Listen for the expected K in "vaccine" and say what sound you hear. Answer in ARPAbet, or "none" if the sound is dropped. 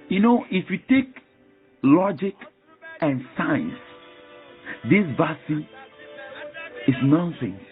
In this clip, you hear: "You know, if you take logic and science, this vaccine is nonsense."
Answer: none